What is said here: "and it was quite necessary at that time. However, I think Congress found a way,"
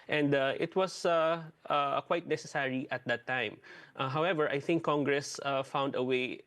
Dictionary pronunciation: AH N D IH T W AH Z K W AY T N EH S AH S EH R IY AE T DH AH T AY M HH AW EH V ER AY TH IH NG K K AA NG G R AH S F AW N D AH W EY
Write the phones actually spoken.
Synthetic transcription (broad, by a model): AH N D IH T W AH S K W AY T N EH S AH S EH R IY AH T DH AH T AY M HH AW EH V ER AY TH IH NG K K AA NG G R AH S F AW N D AH W EY